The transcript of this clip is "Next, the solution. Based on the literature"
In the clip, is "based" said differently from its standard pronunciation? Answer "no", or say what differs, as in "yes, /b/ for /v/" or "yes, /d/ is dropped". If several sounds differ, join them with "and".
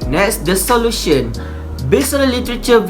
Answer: yes, /t/ is dropped